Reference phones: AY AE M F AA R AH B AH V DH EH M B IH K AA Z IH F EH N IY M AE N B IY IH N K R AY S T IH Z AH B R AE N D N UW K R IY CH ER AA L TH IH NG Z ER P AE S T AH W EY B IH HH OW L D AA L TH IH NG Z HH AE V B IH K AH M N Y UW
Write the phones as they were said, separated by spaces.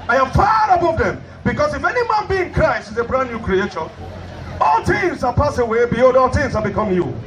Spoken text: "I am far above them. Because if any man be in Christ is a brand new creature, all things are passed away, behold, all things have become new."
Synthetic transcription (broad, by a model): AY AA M F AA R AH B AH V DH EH M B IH K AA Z IH F EH N IY M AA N B IY IH N K R AY S T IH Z AH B R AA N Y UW K R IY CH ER AA L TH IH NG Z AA P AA S AH W EY B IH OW D AA L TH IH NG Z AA B IH K AH M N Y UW